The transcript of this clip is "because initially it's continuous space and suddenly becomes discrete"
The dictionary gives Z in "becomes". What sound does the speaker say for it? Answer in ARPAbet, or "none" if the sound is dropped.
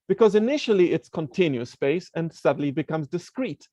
Z